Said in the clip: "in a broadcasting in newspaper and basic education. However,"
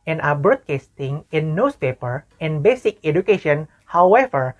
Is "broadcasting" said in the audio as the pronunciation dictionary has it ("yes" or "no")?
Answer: no